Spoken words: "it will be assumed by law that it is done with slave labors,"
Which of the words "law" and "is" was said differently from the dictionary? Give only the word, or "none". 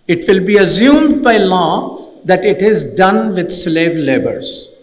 none